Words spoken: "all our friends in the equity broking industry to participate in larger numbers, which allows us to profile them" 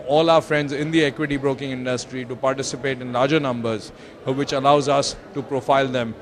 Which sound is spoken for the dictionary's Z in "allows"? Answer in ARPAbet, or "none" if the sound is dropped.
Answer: Z